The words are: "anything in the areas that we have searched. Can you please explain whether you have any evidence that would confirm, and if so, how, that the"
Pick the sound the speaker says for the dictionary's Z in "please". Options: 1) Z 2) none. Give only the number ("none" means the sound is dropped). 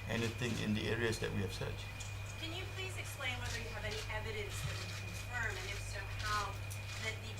1